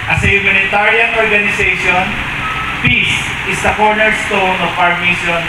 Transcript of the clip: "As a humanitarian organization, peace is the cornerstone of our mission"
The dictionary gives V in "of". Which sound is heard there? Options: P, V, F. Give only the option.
P